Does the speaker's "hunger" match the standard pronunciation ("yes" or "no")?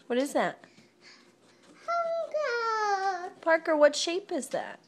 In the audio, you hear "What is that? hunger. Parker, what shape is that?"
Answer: no